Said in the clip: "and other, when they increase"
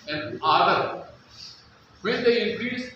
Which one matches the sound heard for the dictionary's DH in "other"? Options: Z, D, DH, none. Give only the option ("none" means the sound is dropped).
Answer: none